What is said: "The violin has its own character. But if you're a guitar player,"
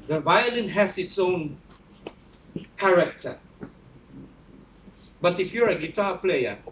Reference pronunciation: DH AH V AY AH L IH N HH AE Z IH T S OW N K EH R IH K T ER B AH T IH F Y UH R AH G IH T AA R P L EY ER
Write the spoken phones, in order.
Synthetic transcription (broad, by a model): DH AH V AY AH L IH N HH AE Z IH T S OW N K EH R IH K T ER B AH T IH F Y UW R AH G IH T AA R P L EY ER